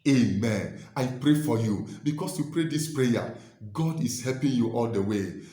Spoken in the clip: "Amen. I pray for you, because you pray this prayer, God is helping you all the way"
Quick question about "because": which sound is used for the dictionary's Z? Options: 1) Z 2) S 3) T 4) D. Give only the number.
2